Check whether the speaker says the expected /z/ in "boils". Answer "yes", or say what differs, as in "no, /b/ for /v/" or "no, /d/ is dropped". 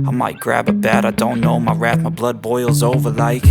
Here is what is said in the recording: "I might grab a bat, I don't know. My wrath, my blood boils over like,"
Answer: yes